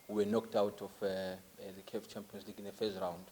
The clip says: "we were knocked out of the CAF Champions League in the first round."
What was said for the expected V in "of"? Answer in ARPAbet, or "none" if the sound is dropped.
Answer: F